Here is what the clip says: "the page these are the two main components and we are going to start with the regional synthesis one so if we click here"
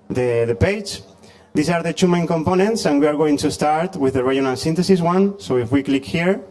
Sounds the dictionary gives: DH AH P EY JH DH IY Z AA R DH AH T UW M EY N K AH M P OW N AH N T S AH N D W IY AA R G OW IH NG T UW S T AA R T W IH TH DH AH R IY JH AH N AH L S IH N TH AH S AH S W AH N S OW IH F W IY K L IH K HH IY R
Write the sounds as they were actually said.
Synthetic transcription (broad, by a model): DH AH P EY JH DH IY S AA R DH AH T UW M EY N K AH M P OW N AH N T S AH N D W IY AA R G OW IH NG T UW S T AA R T W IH DH AH R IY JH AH N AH L S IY N T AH S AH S W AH N S OW IH F W IY K L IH K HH IY R